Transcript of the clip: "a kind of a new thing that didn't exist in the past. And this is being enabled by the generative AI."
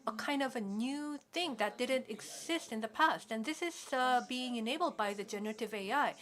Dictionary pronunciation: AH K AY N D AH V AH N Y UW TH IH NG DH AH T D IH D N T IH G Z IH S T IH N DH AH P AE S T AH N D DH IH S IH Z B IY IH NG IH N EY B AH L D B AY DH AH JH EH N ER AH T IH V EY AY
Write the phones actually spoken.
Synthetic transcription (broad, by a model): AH K AY N D AH V AH N Y UW TH IH NG DH AH T D IH D N T IH G Z IH S T IH N DH AH P AE S T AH N DH IH S IH Z B IY IH NG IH N EY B L D B AY DH AH JH EH N ER AH T IH V EY AY